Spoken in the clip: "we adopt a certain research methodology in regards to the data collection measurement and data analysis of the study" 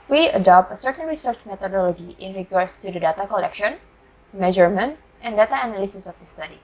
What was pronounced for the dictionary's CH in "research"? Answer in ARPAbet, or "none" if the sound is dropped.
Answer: CH